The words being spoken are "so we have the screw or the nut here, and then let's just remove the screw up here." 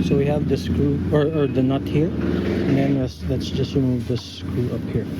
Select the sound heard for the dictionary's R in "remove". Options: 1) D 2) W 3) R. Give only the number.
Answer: 2